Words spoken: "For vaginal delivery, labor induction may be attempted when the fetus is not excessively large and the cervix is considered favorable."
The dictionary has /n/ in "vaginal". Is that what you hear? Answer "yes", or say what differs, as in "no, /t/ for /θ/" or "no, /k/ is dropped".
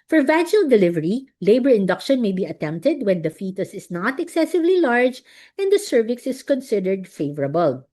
no, /n/ is dropped